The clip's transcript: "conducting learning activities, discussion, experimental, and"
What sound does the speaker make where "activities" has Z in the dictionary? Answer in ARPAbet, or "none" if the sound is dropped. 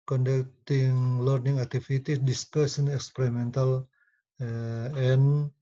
none